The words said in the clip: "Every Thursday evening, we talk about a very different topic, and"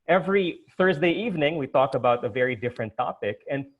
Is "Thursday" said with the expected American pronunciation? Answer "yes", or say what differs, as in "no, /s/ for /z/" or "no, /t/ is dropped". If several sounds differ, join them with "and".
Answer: yes